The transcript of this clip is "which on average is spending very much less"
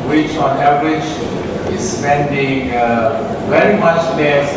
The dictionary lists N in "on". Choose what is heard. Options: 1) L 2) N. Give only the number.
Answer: 2